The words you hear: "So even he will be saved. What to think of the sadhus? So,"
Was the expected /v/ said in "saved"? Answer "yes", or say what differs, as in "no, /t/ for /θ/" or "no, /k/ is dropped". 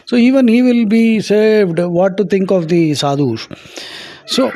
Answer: yes